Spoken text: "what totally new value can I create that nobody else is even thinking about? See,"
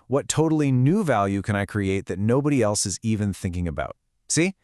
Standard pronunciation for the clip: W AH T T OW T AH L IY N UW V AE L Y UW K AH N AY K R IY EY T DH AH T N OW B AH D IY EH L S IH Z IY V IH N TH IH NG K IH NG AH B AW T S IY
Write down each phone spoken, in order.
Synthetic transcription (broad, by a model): W AH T T OW T L IY N UW V AE L Y UW K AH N AY K R IY EY T DH AH T N OW B AH D IY EH L S IH Z IY V IH N TH IH NG K IH NG AH B AW T S IY